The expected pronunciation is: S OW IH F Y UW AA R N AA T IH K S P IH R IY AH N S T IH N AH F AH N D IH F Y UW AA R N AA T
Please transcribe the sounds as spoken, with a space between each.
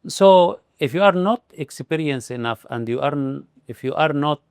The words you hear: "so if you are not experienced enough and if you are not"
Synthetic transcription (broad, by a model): S OW IH F Y UW AA R N AA T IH K S P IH R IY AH N S IH N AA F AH N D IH F Y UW AA R N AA T